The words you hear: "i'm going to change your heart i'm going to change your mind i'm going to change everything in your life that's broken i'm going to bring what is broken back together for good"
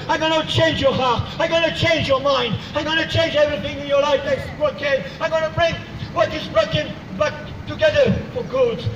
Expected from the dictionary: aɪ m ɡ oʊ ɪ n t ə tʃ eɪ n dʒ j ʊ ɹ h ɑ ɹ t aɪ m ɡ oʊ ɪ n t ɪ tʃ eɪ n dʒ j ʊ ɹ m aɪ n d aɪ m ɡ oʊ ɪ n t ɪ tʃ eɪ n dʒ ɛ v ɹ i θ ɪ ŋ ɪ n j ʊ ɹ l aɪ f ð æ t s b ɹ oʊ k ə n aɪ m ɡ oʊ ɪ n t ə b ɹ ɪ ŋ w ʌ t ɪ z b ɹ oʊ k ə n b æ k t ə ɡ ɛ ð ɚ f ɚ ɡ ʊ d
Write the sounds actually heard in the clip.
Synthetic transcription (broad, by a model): aɪ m ɡ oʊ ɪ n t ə tʃ eɪ n dʒ j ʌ ɹ h ɑ ɹ t aɪ m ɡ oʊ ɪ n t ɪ tʃ eɪ n dʒ j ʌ ɹ m aɪ n d aɪ m ɡ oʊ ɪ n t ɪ tʃ eɪ n dʒ ɛ v ɹ i θ ɪ ŋ ɪ n j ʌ ɹ l aɪ f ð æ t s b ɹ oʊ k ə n aɪ m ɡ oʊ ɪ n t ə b ɹ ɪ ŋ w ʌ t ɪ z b ɹ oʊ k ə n b æ k t ə ɡ ɛ ð ɚ f ɚ ɡ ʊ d